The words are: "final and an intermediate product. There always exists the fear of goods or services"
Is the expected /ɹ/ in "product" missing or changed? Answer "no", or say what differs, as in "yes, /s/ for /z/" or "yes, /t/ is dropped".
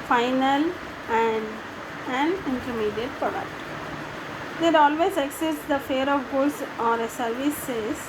yes, /ɹ/ is dropped